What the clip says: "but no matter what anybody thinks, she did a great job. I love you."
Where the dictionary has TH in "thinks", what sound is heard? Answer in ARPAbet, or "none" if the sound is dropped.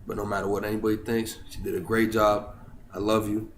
TH